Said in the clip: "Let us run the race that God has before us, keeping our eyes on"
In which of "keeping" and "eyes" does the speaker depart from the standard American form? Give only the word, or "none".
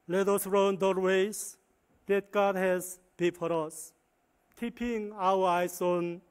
eyes